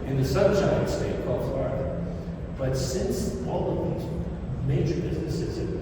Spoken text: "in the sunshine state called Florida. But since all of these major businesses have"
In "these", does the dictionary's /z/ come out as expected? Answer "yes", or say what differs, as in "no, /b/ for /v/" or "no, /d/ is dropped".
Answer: yes